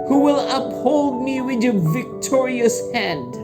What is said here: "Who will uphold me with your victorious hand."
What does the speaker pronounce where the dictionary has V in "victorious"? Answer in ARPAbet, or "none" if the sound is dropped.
V